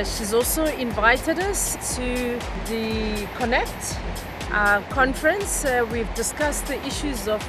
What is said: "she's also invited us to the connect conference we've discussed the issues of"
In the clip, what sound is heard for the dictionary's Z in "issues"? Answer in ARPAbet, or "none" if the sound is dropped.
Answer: Z